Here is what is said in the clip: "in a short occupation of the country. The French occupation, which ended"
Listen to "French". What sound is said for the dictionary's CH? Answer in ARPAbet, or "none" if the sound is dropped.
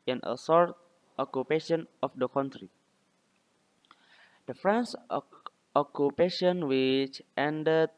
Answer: S